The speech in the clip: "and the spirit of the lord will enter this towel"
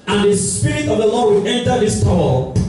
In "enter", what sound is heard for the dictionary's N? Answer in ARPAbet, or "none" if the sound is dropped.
N